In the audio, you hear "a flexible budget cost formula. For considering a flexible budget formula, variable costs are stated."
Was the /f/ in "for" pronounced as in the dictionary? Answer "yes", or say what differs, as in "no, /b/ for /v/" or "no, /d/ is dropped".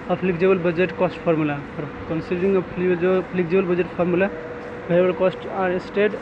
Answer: no, /p/ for /f/